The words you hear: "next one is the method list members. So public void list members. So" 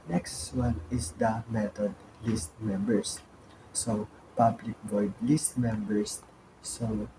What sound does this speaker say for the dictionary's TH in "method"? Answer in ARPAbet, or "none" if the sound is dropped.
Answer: T